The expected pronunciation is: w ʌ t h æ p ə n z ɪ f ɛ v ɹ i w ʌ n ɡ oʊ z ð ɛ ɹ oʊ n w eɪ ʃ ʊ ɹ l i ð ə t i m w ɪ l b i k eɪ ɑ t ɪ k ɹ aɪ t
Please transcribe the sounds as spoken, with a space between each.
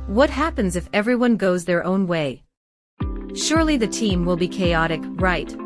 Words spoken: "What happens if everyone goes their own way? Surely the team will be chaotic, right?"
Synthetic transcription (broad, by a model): w ʌ t h æ p ə n z ɪ f ɛ v ɹ i w ʌ n ɡ oʊ z ð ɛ ɹ oʊ n w eɪ ʃ ʊ ɹ l i ð ə t i m w ɪ l b i k eɪ ɑ t ɪ k ɹ aɪ t